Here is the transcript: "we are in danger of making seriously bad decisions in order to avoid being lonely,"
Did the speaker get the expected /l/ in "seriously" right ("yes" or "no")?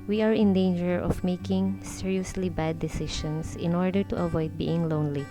yes